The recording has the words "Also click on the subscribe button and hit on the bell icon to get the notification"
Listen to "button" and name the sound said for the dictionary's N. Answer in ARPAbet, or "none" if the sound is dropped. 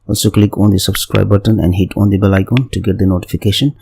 N